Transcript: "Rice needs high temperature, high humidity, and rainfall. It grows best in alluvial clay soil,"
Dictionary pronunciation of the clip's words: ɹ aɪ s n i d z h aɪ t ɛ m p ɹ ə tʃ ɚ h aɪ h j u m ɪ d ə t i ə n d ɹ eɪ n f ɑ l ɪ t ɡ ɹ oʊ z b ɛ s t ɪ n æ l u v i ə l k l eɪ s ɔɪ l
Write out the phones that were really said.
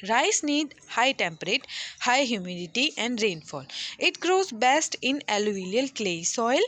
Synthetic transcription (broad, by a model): ɹ aɪ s n i d h aɪ t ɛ m p ɹ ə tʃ h aɪ h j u m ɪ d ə t i ə n d ɹ eɪ n f ɑ l ɪ t ɡ ɹ oʊ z b ɛ s t ɪ n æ l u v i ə l k l eɪ s ɔɪ l